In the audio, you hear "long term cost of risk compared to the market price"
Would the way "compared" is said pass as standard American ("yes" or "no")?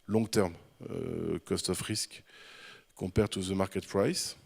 no